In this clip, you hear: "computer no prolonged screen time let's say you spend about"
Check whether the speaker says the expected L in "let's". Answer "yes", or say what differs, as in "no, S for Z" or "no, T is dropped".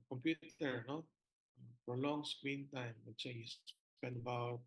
no, W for L